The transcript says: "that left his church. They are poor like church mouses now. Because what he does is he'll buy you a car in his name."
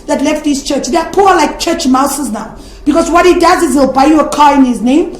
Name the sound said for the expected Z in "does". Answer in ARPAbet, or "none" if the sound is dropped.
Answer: Z